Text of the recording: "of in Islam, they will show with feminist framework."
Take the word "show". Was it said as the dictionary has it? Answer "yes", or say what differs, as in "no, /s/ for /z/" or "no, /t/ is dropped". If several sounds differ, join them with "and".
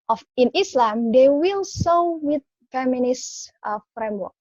no, /s/ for /ʃ/